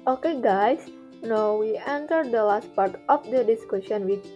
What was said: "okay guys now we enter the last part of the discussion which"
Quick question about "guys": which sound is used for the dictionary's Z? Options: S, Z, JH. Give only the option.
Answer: S